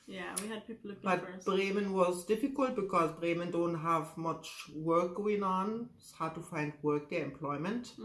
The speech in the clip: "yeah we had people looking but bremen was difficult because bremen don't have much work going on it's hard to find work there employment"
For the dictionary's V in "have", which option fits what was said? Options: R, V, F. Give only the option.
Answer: V